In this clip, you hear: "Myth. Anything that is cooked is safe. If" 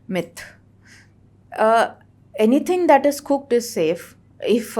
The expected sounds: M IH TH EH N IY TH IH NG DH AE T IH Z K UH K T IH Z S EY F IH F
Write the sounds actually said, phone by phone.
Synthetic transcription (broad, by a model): M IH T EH N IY T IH NG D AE T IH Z K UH K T IH Z S EY F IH F